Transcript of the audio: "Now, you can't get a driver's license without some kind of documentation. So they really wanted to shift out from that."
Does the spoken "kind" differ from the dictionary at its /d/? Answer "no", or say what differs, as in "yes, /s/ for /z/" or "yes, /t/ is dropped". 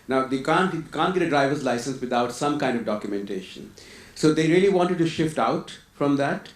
no